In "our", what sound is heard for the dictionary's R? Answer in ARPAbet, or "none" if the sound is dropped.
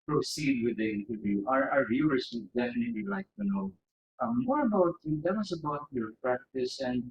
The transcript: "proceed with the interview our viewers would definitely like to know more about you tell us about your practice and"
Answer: R